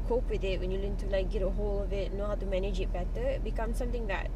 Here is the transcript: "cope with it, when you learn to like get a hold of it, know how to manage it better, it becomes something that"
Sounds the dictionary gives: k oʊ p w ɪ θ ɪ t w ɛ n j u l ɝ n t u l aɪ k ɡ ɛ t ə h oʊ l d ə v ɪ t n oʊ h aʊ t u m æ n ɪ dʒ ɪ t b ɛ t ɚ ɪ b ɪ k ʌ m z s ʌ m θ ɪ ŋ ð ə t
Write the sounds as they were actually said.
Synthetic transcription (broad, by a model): k oʊ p w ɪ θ ɪ t w ɛ n j u l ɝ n t u l aɪ k ɡ ɛ t ə h oʊ l ə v ɪ t n oʊ h aʊ t u m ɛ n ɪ dʒ ɪ t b ɛ t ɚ ɪ b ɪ k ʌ m s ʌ m t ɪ ŋ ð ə t